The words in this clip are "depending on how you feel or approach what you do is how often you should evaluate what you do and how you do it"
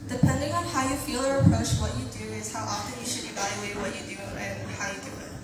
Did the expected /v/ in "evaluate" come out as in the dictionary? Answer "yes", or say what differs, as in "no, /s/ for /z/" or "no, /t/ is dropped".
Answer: yes